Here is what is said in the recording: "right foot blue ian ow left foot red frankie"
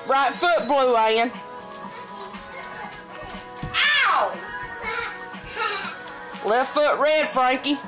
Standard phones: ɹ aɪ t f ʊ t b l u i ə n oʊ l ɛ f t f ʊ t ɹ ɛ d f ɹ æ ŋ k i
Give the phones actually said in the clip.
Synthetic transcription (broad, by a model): ɹ aɪ t f ʊ t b l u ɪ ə n l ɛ t f ʊ t ɹ ɛ d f ɹ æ ŋ k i